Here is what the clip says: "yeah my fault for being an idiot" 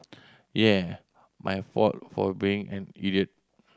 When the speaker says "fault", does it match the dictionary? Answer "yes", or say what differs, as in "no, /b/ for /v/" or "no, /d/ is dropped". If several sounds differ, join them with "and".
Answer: no, /l/ is dropped